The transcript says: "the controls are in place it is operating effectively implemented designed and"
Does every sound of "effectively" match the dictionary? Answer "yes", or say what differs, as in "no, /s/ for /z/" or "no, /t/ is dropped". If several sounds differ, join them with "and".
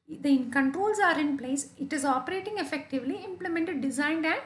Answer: yes